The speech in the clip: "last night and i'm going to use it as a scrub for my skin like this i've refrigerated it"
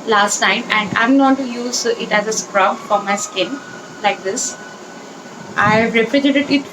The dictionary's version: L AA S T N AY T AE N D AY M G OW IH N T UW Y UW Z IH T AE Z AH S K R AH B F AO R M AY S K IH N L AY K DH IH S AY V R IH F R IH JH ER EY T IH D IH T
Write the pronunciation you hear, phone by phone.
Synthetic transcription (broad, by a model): L AA S T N AY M AE N D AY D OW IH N T UW Y UW Z IH T AE Z AH S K R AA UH F AO R M AY S K IH N L AY K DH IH S AY V R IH P R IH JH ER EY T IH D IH T